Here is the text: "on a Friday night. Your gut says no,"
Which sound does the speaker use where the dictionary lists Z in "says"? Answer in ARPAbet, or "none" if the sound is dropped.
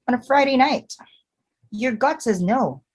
Z